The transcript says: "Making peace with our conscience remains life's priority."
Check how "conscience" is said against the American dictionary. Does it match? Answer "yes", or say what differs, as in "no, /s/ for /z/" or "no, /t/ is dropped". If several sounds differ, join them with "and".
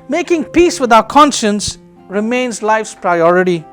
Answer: yes